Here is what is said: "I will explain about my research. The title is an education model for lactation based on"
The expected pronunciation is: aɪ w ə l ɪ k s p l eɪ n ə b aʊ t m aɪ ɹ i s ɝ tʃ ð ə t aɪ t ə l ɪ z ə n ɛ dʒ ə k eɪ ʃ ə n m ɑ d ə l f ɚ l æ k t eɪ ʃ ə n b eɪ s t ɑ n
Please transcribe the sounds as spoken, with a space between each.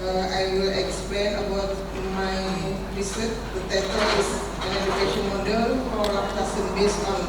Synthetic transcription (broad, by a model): aɪ w ə l ɪ k s p l eɪ n ə b aʊ t m aɪ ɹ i s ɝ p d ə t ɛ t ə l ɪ s ə n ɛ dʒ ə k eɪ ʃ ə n m ɑ d ə l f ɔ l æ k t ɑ s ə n b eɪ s ɑ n